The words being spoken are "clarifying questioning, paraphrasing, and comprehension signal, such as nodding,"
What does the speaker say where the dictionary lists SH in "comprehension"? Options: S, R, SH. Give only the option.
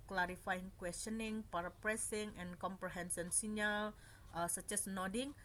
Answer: S